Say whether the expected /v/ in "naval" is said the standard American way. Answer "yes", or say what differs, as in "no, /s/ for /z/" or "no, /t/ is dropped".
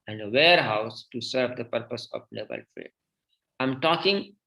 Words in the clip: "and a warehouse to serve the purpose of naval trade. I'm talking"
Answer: no, /b/ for /v/